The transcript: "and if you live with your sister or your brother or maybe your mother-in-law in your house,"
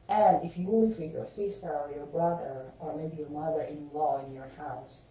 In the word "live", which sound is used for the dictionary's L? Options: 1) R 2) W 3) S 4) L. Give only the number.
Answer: 2